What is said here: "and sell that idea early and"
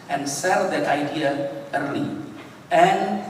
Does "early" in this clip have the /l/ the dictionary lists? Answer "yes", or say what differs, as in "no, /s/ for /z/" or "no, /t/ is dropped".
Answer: no, /l/ is dropped